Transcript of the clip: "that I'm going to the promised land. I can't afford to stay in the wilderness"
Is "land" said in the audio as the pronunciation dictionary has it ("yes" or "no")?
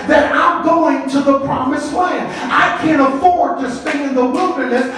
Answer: no